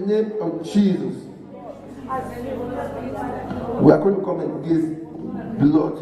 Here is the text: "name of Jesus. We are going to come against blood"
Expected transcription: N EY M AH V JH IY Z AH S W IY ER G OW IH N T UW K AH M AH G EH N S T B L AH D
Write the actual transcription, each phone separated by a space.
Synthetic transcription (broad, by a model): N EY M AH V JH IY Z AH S W IY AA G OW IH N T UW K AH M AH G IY S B L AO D